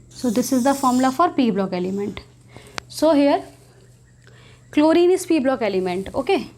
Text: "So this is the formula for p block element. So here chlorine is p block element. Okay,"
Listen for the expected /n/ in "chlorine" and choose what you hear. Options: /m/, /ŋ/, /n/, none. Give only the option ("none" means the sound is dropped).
/n/